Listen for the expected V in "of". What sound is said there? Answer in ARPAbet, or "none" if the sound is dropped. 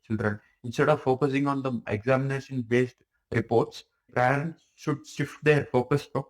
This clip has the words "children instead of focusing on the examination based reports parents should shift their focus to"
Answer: V